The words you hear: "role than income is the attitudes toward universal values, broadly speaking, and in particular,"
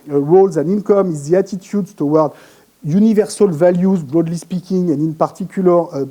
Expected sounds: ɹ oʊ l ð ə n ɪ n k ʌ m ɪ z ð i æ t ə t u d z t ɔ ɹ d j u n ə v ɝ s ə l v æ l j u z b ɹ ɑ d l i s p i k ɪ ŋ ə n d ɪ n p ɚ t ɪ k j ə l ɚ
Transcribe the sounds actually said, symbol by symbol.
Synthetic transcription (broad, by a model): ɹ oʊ l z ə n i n k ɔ m ɪ z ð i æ t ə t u d s t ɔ w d j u n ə v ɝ s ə l v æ l j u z b ɹ ɑ d l i s p i k ɪ ŋ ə n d ɪ n p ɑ t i k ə l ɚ